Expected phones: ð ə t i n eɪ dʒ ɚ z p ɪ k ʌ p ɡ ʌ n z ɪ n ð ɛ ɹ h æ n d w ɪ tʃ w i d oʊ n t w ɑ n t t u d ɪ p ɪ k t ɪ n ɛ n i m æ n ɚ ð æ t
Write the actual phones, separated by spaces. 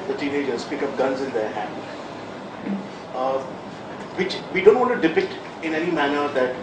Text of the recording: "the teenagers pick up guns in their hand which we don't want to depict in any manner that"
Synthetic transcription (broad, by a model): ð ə t i n eɪ dʒ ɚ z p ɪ k ʌ p ɡ ʌ n z ɪ n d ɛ ɹ h æ n d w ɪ tʃ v i d oʊ n t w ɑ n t t u d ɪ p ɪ t ɪ n ɛ n i m æ n ɚ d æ t